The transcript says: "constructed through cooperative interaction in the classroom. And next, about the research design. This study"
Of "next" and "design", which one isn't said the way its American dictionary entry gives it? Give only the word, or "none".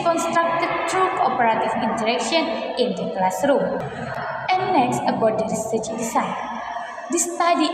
design